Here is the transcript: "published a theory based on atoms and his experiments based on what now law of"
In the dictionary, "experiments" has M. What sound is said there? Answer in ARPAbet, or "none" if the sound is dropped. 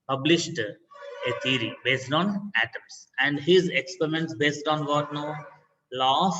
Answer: M